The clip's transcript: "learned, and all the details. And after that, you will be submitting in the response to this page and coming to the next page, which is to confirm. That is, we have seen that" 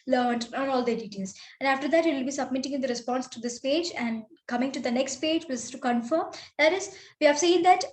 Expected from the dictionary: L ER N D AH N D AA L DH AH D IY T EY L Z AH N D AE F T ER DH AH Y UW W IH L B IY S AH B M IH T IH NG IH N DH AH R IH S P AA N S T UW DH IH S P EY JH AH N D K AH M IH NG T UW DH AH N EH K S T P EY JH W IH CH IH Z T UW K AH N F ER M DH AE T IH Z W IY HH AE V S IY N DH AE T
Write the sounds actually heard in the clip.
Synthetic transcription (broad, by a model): L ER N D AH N AA L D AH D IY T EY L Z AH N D AE F T ER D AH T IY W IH L B IY S AH B M IH T IH NG IH N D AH R IH S P AA N S T UW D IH S P EY JH AH N D K AH M IH NG T UW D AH N EH K S T P EY JH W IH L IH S T UW K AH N F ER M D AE T IH Z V IY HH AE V S IY N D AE T